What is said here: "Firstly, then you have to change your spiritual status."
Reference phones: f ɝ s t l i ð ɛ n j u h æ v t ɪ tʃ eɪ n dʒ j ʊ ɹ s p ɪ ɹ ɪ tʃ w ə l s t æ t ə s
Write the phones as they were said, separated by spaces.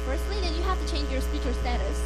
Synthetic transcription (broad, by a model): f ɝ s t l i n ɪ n j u h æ f t ɪ tʃ eɪ n dʒ j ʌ ɹ s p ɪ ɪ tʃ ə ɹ s t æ t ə s